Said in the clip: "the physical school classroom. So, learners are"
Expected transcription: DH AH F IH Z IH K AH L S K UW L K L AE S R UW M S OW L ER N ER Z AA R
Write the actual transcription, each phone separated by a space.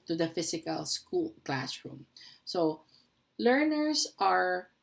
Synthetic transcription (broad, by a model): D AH F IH S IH K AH L S K UW L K L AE S R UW M S OW L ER N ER S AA R